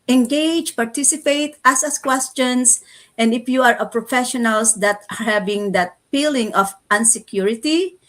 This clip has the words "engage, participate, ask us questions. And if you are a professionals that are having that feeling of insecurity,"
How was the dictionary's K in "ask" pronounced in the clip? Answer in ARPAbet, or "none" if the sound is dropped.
none